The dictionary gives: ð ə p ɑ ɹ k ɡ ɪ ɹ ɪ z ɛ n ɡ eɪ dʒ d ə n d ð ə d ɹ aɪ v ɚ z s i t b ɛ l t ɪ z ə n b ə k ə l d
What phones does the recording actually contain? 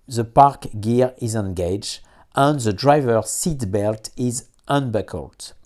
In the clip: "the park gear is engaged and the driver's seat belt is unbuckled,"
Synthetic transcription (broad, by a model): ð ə p ɑ ɹ k ɡ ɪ ɹ ɪ z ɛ n ɡ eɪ dʒ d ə n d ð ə d ɹ aɪ v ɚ s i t b ɛ l t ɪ z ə n b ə k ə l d